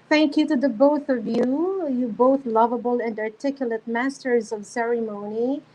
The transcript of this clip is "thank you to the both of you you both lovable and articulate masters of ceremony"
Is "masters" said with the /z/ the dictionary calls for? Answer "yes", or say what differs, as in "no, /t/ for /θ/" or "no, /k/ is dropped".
yes